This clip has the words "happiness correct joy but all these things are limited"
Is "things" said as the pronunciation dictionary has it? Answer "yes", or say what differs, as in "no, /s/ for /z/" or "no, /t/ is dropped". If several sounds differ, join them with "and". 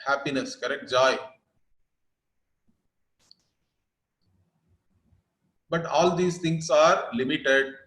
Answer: no, /t/ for /θ/